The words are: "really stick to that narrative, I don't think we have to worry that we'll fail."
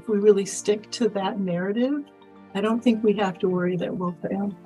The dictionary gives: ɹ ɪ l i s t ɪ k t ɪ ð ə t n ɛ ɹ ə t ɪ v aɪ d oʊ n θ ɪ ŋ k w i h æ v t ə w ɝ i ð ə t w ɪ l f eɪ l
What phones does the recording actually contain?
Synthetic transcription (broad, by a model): ɹ ɪ l i s t ɪ k t ɪ ð ə t n ɛ ɹ ə t ɪ v aɪ d oʊ n θ ɪ ŋ k w i h æ f t ə w ɝ i ð ə t w ɪ l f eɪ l